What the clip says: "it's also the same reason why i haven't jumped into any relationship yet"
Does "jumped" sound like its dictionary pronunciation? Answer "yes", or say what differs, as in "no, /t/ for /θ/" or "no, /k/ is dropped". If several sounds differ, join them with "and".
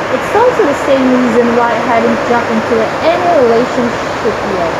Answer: no, /t/ is dropped